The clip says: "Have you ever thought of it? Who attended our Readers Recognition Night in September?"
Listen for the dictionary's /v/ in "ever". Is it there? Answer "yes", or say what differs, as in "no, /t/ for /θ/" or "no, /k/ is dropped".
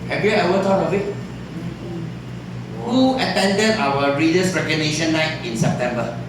no, /w/ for /v/